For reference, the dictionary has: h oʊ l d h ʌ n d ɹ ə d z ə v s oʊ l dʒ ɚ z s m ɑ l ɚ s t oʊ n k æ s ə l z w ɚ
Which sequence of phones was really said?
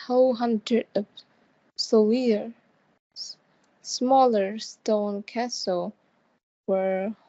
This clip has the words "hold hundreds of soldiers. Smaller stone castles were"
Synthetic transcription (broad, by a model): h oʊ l h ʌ n d ɹ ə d ə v s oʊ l i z s m ɑ l ɚ s t oʊ n k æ s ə l w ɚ